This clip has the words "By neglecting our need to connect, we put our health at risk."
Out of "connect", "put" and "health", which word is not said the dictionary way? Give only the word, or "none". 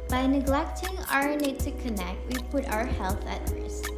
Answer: none